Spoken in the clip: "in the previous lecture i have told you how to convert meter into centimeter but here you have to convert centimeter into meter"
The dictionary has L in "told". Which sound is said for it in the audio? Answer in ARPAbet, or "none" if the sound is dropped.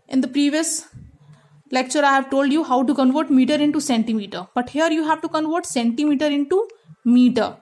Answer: L